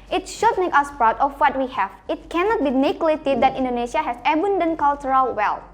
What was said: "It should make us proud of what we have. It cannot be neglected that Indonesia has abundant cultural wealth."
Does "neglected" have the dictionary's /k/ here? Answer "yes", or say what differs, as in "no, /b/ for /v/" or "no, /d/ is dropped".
no, /k/ is dropped